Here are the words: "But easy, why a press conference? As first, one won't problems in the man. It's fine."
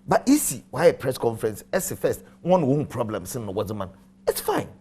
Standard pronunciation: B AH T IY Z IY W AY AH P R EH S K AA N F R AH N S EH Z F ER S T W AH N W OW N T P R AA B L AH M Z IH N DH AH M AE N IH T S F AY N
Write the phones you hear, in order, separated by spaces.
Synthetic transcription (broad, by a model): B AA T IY S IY W AY AH P R EH S K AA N F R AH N S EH S F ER S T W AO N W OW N P R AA B L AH M S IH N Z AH M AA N IH T S F AY N